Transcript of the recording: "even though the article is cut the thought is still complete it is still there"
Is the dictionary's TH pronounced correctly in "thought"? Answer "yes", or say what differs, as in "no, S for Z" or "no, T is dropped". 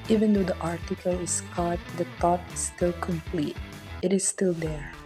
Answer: no, T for TH